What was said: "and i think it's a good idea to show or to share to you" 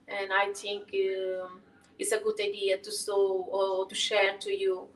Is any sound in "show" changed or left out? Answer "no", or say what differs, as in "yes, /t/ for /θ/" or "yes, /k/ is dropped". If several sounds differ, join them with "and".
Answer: yes, /s/ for /ʃ/